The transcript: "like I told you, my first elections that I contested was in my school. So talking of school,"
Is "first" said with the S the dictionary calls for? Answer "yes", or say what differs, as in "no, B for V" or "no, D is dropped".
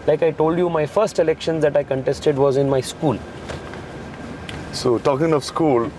yes